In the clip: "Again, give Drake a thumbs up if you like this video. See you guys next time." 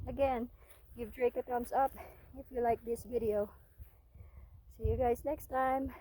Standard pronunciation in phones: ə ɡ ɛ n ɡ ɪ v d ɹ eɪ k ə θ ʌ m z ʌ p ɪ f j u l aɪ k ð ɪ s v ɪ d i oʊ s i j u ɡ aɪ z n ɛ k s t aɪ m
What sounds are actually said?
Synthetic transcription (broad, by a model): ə ɡ ɛ n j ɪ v d ɹ eɪ k ə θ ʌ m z ʌ p ɪ f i l aɪ k ð ɪ s v ɪ d i oʊ s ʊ j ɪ ɡ aɪ z n ɛ k s t aɪ m